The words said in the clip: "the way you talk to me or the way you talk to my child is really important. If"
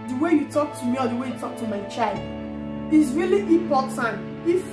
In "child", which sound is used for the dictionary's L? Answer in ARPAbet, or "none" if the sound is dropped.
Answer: L